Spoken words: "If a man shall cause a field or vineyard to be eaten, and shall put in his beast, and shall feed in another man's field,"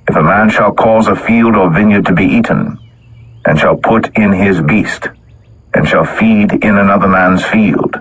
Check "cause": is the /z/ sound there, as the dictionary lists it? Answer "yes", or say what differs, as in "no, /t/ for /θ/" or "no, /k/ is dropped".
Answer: yes